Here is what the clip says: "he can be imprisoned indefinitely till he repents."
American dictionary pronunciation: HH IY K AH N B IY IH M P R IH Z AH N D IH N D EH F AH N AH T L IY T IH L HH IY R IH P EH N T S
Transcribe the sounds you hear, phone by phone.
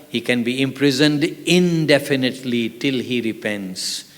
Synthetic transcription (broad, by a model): HH IY K AH N B IY IH M P R IH Z AH N D IH N D EH F AH N AH T L IY T IH L HH IY R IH P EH N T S